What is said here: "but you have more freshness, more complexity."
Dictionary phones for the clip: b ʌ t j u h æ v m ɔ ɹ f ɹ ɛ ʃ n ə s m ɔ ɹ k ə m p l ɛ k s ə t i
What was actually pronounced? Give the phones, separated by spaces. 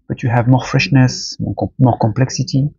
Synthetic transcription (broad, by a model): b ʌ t j u h æ v m ɔ ɹ f ɹ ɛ ʃ n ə s m ɔ ɹ k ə m p l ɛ k s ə t i